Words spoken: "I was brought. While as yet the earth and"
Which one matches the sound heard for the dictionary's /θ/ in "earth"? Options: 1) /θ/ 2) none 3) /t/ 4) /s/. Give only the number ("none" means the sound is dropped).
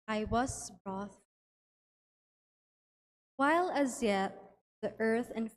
1